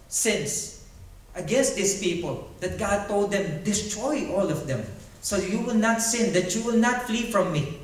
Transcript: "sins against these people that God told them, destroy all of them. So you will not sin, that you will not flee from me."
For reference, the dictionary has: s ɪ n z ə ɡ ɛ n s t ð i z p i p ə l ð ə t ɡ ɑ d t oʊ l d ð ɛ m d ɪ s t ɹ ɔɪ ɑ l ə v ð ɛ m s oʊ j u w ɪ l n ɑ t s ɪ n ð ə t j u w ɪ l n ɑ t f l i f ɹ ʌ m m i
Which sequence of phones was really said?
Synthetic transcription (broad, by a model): s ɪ n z ə ɡ ɛ n s t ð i s p i p ə l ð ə t ɡ ɑ d t oʊ l d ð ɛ m d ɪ s t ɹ ɔɪ ɑ l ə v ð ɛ m s oʊ j u w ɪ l n ɑ t s ɪ n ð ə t j u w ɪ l n ɑ t f l i f ɹ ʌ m m i